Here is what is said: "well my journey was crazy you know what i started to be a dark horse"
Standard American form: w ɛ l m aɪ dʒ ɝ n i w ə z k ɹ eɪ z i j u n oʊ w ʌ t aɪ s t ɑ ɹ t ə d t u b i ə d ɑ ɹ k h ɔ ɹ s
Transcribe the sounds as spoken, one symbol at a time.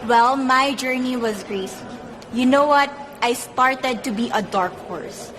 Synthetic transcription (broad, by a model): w ɛ l m aɪ dʒ ɝ n i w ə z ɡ ɹ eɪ s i j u n oʊ w ʌ t aɪ s t ɑ ɹ t ə d t u b i ə d ɑ ɹ k h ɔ ɹ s